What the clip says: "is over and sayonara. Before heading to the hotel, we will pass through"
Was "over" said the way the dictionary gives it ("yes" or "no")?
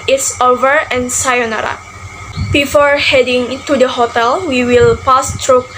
yes